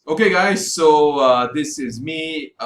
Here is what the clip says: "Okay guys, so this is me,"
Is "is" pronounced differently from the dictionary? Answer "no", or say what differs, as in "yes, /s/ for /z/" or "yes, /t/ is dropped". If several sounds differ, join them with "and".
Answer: no